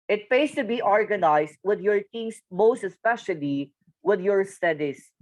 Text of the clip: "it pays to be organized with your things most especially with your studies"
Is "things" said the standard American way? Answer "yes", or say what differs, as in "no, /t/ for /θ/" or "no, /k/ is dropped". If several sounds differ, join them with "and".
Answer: no, /t/ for /θ/ and /s/ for /z/